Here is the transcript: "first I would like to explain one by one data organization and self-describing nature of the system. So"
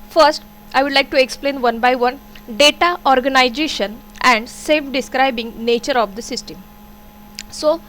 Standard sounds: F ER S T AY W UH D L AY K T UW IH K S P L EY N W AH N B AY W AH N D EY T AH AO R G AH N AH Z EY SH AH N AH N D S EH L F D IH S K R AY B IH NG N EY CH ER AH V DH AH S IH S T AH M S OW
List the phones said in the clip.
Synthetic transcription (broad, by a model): F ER S T AY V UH D L AY K T UW IH K S P L EY N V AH N B AY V AH N D EY T AH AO R G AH N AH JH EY SH AH N AH N D S EH F D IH S K R AY B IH NG N EY CH ER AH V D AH S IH S T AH M S OW